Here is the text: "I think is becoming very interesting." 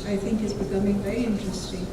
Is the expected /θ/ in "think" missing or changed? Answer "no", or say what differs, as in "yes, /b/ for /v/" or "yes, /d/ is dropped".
no